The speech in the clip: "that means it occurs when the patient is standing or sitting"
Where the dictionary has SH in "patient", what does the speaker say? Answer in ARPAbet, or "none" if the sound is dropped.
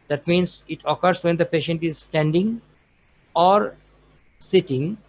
SH